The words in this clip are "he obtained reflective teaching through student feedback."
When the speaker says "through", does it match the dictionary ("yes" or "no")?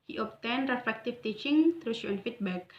no